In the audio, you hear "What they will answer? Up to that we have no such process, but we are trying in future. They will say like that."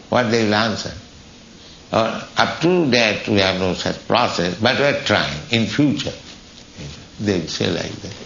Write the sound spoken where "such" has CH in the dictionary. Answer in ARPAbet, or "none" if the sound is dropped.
CH